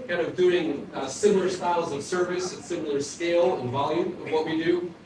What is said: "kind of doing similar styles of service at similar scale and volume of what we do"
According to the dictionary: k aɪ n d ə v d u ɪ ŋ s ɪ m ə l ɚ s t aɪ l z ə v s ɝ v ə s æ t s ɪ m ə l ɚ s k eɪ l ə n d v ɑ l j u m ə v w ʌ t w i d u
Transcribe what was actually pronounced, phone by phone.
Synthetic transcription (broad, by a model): k aɪ n d ə v d u ɪ ŋ s ɪ m l ɚ s t aɪ l z ə v s ɝ v ə s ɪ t s ɪ m l ɚ s k eɪ l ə n v ɑ l j u m ə v w ʌ t w i d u